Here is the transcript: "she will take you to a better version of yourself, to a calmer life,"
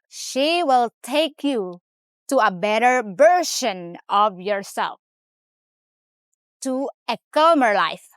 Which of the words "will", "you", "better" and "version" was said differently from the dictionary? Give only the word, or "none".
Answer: version